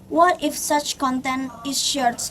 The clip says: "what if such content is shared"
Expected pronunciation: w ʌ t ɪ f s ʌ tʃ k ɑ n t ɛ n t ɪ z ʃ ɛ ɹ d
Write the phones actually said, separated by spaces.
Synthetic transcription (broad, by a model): w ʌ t ɪ f s ʌ tʃ k ɑ n t ɛ n t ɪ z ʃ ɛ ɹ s